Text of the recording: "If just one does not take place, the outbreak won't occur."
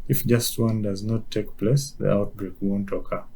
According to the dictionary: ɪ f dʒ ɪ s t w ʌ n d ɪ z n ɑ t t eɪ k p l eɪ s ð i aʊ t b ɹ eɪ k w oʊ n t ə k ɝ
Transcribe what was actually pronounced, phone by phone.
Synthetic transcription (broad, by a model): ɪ f dʒ ɪ s t w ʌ n d ɪ z n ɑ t t eɪ k p l eɪ s ð i aʊ t b ɹ eɪ k w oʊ n t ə k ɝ